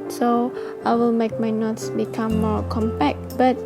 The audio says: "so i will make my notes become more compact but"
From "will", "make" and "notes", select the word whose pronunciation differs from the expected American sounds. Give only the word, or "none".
none